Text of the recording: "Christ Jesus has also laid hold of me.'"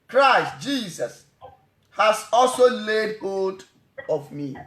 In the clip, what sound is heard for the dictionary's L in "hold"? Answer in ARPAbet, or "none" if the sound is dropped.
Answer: none